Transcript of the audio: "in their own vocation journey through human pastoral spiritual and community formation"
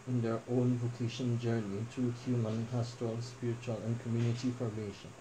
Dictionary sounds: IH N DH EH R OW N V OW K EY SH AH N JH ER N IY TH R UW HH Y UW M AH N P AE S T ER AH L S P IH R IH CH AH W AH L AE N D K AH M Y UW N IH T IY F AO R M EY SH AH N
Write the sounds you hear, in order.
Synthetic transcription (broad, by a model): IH N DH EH R OW N V OW K EY SH AH N JH ER N IY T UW HH Y UW M AH N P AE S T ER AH L S P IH R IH CH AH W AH L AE N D K AH M Y UW N IH T IY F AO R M EY SH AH N